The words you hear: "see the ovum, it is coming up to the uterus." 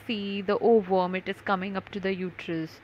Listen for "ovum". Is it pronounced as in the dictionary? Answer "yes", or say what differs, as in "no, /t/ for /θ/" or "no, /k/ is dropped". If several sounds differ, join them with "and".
yes